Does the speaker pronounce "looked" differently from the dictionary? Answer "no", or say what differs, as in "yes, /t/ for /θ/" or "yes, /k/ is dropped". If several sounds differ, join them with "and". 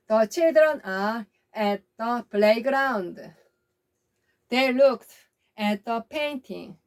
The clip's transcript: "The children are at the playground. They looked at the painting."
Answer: no